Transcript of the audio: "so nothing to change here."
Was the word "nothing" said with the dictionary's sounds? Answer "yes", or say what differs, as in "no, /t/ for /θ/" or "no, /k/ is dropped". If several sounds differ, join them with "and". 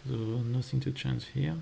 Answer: yes